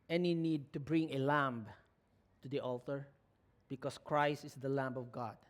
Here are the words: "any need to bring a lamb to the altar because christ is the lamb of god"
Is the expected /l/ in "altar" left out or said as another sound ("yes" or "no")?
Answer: no